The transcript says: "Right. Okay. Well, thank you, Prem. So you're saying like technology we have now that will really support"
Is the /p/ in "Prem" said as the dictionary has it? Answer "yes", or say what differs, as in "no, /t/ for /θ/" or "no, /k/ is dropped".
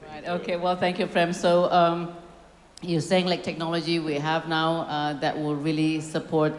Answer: no, /f/ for /p/